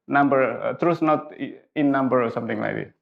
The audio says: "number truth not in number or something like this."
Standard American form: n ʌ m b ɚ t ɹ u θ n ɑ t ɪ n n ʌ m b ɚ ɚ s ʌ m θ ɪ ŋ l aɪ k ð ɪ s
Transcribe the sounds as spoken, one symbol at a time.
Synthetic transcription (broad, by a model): n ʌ m b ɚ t ɹ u s n ɑ t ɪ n n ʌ m b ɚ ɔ s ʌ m t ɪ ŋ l aɪ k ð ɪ